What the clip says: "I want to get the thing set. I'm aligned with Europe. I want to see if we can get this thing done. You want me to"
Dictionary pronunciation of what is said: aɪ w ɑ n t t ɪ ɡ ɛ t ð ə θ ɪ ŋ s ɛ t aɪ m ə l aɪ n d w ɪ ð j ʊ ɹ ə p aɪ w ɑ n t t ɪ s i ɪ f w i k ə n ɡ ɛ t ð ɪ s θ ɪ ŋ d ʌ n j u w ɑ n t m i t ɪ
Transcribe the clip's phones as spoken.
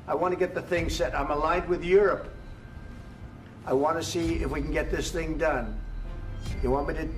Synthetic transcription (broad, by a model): aɪ w ɑ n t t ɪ ɡ ɛ t ð ə θ ɪ ŋ s ɛ t aɪ m ə l aɪ n d w ɪ ð j ʊ ɹ ə p aɪ w ɑ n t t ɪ s i ɪ f w i k n ɡ ɛ t ð ɪ s θ ɪ ŋ d ʌ n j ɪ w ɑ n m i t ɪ